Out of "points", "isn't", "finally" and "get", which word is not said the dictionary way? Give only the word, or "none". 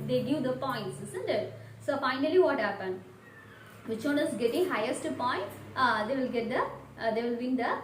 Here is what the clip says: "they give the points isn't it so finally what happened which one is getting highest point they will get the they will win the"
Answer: isn't